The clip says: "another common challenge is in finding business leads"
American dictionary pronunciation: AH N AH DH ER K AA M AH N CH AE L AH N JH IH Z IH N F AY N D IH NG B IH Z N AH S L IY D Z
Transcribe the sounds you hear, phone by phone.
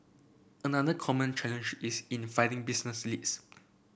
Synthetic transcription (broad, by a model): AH N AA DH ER K AA M AH N CH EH L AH N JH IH S IH N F AY D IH NG B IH S N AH S L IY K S